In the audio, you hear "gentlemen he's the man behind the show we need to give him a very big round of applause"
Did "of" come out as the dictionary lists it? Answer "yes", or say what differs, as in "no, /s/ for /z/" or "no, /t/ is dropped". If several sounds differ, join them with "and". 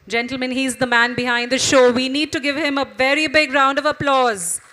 yes